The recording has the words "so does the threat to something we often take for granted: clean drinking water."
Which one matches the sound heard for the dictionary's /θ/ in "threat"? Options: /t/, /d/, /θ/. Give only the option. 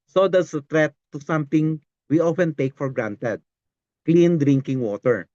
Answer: /t/